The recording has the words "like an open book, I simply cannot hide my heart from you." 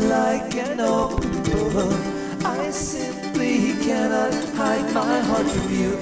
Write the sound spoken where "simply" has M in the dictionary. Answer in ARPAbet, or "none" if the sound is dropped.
M